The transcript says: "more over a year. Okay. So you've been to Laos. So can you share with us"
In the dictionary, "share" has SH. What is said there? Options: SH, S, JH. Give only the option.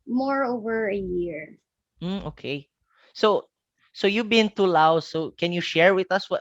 SH